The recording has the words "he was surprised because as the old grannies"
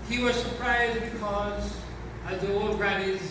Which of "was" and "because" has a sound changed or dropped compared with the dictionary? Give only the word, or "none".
none